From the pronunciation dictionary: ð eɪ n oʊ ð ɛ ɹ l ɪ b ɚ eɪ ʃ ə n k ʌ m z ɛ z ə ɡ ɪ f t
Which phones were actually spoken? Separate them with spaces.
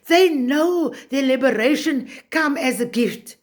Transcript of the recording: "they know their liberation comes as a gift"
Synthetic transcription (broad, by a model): ð eɪ n oʊ ð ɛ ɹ l ɪ b ɚ eɪ ʃ ə n k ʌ m ɪ z ə ɡ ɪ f t